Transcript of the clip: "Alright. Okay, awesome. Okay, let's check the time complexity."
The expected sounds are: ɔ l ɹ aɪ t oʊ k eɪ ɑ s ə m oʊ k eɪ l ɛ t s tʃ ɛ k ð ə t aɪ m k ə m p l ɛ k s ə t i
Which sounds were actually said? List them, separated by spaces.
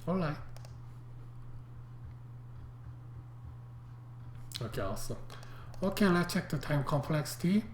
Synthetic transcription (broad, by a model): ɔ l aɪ oʊ k eɪ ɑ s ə oʊ k eɪ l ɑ tʃ ɛ k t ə t aɪ m k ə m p l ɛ k s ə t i